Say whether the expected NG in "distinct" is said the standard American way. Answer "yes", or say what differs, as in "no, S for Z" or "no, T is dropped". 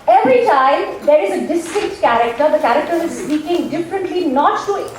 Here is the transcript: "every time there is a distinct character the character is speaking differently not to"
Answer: no, NG is dropped